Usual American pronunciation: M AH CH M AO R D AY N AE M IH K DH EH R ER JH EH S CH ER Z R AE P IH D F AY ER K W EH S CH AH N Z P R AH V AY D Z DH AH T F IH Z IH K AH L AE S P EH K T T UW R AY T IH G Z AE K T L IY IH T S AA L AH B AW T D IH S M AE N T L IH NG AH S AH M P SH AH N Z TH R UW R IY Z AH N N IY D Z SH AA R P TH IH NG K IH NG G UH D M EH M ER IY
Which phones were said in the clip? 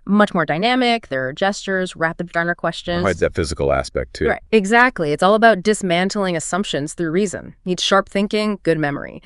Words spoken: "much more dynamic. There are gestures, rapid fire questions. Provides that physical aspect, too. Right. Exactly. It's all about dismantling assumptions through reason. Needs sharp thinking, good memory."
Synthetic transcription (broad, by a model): M AH CH M AO R D AY N AE M IH K DH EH R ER JH EH S CH ER Z R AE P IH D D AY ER K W EH S CH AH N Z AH IH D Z DH AH T F IH Z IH K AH L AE S P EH K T T UW R AY T IH G Z AE K T L IY IH T S AA L AH B AW T D IH S M AE N T L IH NG AH S AH M P SH AH N Z TH R UW R IY Z AH N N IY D SH AA R P TH IH NG K IH NG G UH D M EH M ER IY